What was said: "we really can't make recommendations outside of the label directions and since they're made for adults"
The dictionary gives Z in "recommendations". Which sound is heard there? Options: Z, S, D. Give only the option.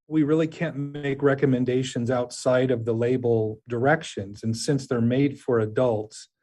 Z